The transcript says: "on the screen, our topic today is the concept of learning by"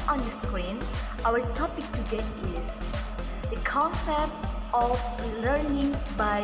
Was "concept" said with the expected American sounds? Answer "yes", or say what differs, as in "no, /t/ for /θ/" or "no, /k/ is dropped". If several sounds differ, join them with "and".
yes